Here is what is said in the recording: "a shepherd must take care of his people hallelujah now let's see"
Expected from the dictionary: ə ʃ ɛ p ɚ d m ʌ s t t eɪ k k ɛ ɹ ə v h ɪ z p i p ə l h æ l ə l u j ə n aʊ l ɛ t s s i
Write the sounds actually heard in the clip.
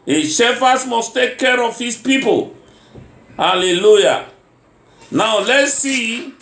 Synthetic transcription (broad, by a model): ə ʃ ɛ f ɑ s m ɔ s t t eɪ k k ɛ ɹ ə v h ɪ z p i p ə l h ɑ l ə l u j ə n aʊ l ɛ t s s i